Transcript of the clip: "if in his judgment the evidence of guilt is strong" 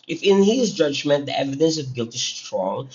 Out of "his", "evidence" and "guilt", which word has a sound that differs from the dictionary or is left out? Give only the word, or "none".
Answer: none